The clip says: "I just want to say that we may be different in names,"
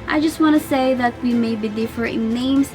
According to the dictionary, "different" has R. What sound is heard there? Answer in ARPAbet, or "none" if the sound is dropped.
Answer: none